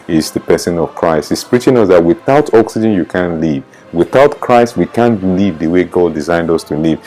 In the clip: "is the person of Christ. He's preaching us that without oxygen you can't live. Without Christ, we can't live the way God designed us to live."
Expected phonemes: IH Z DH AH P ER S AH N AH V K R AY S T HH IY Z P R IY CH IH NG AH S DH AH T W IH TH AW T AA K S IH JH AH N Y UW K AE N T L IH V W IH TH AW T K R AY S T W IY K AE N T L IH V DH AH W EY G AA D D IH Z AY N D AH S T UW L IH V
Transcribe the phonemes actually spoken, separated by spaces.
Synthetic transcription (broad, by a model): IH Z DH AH P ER S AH N AH V K R AY S T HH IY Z P R IY CH IH NG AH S DH AH T W IH TH AW T AA K S IH JH AH N Y UW K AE N L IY V W IH TH AW T K R AY S T W IY K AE N L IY V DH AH W EY G AA D D IH Z AY N D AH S T UW L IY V